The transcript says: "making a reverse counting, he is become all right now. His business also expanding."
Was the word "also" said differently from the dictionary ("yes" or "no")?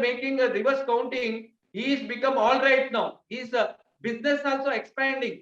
no